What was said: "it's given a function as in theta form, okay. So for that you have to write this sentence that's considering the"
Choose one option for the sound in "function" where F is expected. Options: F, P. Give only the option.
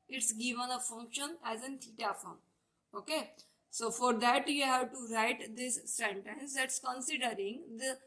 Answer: F